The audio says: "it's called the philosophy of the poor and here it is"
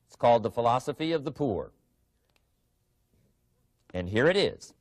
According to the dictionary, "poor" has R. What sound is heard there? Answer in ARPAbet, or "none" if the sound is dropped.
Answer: R